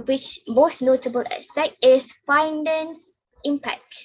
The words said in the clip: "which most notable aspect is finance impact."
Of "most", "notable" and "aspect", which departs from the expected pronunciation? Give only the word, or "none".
aspect